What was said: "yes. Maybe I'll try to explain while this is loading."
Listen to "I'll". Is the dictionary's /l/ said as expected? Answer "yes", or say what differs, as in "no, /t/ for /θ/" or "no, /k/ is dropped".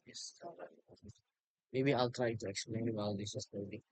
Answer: yes